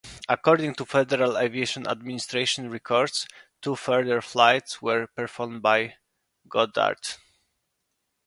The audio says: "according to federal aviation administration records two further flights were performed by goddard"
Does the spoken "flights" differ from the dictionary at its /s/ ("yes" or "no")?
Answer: no